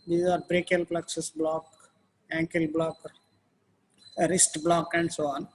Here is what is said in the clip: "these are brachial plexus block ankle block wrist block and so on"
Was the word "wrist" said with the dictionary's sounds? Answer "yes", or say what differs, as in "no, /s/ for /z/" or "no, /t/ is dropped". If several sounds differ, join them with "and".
yes